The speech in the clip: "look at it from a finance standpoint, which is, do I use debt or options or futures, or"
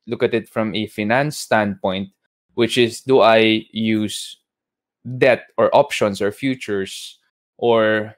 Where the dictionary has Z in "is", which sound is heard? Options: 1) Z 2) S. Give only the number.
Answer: 2